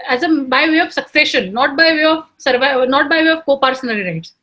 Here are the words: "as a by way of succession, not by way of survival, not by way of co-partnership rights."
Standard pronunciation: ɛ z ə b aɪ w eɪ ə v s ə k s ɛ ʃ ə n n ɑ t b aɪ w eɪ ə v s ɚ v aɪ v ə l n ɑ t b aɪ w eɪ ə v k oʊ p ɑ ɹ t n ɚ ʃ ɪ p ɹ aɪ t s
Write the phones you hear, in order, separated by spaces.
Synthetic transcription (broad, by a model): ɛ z ə b aɪ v eɪ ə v s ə k s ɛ ʃ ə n n ɑ t b aɪ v eɪ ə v s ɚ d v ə n ɑ t b aɪ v eɪ ə v k oʊ p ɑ ɹ s n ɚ i ɹ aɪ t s